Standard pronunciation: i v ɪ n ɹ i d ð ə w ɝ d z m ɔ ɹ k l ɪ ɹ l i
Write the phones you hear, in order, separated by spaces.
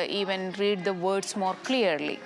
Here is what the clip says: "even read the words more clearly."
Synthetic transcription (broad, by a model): i v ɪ n ɹ i d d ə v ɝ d s m ɔ ɹ k l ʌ ɹ l i